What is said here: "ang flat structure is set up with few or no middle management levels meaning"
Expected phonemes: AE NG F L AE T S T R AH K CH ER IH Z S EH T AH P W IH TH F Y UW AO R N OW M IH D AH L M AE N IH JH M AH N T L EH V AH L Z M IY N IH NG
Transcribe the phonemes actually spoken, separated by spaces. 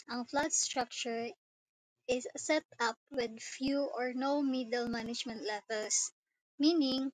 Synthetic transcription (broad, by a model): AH NG F L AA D S T R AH K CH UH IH S EH T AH P W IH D F Y UW AO R N OW M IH D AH L M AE N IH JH M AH N T L EH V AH L S M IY N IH NG